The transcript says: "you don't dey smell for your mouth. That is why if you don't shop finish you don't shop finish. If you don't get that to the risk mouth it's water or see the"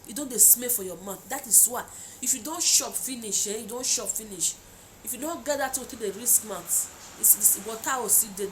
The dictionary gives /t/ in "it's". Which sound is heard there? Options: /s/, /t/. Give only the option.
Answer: /s/